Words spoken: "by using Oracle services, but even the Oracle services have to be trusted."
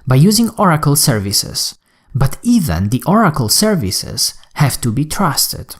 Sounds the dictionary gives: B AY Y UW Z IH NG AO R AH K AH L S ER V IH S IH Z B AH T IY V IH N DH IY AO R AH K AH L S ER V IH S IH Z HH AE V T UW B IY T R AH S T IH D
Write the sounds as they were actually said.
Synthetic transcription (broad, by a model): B AY Y UW Z IH NG AO R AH K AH L S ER V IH S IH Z B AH T IY V IH N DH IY AO R AH K AH L S ER V IH S IH Z HH AE V T UW B IY T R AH S T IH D